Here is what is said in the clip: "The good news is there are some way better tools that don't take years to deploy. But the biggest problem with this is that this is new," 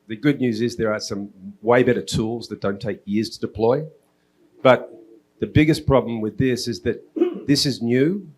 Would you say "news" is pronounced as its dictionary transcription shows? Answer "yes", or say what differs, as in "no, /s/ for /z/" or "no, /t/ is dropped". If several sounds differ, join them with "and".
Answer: yes